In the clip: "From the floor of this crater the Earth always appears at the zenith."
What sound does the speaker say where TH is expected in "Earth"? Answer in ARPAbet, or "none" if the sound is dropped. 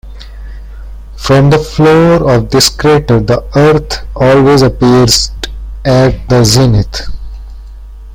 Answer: T